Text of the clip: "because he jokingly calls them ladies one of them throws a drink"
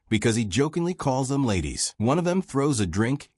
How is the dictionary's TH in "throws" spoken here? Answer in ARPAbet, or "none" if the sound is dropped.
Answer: TH